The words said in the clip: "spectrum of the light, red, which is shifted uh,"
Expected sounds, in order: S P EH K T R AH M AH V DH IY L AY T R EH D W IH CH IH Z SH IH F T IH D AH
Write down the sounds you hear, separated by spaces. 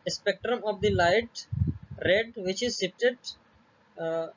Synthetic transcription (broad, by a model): S P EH K T R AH M AH V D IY L AY T R EH D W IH CH IH Z S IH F T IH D